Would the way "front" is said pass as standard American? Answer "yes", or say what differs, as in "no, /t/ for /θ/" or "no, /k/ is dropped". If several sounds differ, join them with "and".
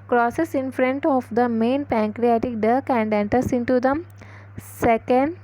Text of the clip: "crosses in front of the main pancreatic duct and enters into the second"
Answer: yes